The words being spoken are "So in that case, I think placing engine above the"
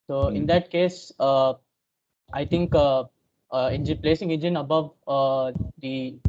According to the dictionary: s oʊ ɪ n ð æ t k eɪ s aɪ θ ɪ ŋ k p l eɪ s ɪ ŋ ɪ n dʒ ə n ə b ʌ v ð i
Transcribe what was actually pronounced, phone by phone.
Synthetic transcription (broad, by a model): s oʊ ɪ n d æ t k eɪ s aɪ t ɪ ŋ k p l eɪ s ɪ ŋ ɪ n dʒ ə n ə b ʌ v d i